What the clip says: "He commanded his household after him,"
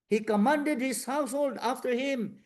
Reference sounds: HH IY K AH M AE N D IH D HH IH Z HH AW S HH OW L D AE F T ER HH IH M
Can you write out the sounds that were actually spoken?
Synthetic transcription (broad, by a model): HH IY K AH M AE N D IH D HH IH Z HH AW S HH OW L D AE F T ER HH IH M